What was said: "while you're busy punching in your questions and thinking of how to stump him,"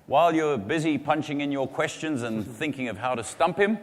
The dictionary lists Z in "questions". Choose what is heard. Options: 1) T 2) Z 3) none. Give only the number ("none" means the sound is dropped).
2